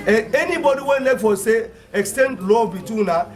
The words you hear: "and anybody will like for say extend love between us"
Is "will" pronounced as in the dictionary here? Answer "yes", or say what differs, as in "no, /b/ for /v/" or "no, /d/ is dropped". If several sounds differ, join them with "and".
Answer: no, /n/ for /l/